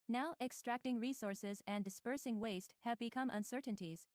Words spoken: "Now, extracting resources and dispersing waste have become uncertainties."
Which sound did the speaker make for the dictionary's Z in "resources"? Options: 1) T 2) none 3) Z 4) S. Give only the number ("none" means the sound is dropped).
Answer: 3